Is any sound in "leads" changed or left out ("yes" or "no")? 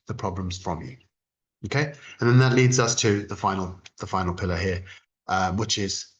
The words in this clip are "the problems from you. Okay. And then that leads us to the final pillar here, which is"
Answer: no